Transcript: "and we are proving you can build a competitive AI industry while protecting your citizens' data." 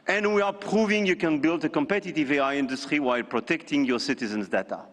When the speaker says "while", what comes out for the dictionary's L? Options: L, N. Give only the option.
L